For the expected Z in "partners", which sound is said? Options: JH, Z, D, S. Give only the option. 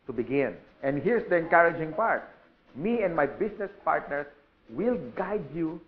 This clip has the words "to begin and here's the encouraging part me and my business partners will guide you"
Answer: S